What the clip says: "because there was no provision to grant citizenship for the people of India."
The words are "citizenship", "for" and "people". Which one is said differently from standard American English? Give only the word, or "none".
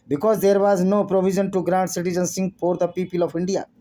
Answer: citizenship